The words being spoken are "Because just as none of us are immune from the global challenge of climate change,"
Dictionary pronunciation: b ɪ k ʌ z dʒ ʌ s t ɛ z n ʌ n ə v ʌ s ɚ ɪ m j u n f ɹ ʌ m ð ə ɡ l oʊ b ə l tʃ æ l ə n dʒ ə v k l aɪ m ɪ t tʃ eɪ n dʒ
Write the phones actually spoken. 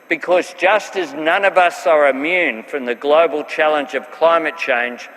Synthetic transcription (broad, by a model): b ɪ k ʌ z dʒ ʌ s t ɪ z n ʌ n ə v ʌ s ɚ ɪ m j u n f ɹ ʌ m ð ə ɡ l oʊ b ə l tʃ æ l ə n dʒ ə v k l aɪ m ɪ t tʃ eɪ n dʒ